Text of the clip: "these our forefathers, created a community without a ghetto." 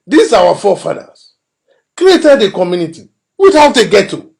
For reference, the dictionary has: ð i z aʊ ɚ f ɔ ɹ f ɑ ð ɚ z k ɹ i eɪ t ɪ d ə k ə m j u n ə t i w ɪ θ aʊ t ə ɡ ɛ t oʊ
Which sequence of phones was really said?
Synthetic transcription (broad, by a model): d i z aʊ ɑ f ɔ f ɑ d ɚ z k ɹ i eɪ t ɪ d ə k ə m j u n ə t i w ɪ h aʊ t ə ɡ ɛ t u